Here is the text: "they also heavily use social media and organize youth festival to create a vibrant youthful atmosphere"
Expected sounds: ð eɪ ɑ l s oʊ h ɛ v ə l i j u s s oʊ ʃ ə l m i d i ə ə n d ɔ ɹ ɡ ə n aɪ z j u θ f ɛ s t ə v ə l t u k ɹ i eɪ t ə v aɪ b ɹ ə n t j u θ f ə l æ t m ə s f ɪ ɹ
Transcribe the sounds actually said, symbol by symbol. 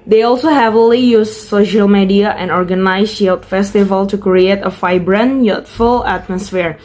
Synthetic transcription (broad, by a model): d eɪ ɑ l s oʊ h ɛ v ə l i j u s s oʊ ʃ ə l m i d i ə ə n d ɔ ɹ ɡ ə n aɪ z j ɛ t f ɛ s t ə v ə l t u k ɹ i eɪ t ə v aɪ b ɹ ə n j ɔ t f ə l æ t m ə s f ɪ ɹ